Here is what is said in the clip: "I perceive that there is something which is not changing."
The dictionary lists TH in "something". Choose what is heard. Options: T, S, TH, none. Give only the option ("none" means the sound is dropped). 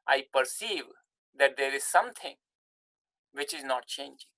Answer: T